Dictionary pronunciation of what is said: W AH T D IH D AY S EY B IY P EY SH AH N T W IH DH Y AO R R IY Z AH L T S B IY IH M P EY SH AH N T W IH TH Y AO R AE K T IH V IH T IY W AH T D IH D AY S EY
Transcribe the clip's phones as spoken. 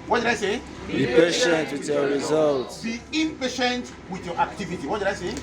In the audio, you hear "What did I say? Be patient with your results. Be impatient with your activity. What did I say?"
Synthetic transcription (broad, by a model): W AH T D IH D AY S EY B IY P EY SH AH N T W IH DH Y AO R R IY Z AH L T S B IY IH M P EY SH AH N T W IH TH Y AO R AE K T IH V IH T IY W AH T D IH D AY S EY